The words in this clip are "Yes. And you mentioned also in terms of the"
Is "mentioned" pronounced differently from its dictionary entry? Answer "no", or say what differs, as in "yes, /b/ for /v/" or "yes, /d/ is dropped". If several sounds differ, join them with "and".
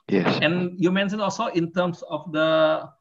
yes, /d/ is dropped